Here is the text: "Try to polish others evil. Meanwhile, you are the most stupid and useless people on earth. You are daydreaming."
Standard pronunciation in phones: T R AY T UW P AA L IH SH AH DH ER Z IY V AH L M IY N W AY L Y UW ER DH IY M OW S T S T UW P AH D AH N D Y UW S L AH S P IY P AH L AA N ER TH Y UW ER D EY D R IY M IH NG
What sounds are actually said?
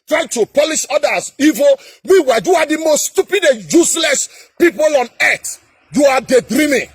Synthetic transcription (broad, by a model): T R AY T UW P AA L IH SH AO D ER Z IY V AH L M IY W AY Y UW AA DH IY M OW S T S T UW P AH D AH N Y UW S L AH S P IY P AH L AA N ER T Y UW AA D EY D R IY M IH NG